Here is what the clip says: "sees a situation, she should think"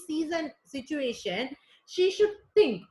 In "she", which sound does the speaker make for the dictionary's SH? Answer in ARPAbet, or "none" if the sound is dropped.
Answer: SH